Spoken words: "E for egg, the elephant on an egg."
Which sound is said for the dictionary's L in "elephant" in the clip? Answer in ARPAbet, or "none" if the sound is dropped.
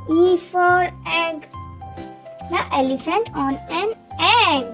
L